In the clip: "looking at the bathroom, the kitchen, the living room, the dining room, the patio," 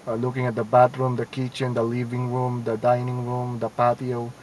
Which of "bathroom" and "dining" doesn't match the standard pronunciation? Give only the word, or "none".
bathroom